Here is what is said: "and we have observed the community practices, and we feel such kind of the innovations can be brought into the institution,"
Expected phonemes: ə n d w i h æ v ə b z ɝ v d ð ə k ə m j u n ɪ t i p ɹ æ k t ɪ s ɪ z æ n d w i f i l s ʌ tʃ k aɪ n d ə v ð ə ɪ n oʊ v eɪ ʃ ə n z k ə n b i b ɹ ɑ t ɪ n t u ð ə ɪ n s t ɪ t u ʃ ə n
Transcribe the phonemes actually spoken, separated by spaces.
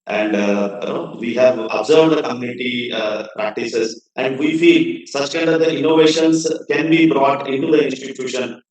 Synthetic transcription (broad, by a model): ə n d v i h æ v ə b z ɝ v d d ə k ə m j u n ɪ t i p ɹ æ k t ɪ s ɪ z æ n d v i f i l s ʌ tʃ k aɪ n d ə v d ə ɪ n oʊ v eɪ ʃ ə n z k ə n b i b ɹ ɑ t ɪ n t u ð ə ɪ n s t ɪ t u ʃ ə n